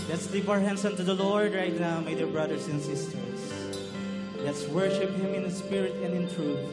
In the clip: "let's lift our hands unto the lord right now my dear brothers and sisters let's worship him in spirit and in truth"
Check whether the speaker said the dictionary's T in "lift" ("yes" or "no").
no